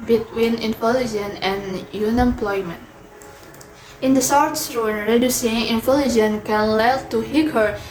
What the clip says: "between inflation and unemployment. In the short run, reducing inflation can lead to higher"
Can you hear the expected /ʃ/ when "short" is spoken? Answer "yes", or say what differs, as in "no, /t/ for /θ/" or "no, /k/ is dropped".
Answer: no, /s/ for /ʃ/